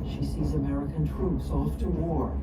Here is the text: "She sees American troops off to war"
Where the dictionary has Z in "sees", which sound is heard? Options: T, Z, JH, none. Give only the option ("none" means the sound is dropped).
Z